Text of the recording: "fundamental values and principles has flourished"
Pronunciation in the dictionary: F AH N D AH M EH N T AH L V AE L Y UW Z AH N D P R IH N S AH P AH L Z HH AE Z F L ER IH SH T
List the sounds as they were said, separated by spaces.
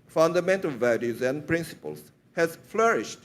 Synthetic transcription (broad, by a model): F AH N D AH M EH N T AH L V AE L Y UW Z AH N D P R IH N S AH P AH L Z HH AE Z F L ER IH SH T